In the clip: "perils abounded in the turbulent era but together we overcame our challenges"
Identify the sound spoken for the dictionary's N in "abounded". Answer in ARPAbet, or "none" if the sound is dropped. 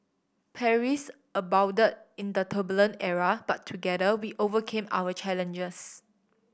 none